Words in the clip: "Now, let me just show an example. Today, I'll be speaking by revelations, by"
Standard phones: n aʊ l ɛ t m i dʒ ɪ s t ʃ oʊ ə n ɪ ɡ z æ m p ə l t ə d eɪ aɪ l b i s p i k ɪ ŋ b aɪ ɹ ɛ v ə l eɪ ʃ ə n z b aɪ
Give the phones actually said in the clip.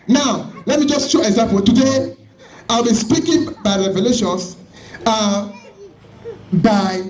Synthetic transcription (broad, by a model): n aʊ l ɛ t m i dʒ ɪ s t ʃ oʊ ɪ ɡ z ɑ m p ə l t ə d eɪ aɪ l b i s p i k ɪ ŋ b aɪ ɹ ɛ v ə l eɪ ʃ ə n s b aɪ